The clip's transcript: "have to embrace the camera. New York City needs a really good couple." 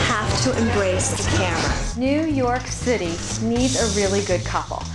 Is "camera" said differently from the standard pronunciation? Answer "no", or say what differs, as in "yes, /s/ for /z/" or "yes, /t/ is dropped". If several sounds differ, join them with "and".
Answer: no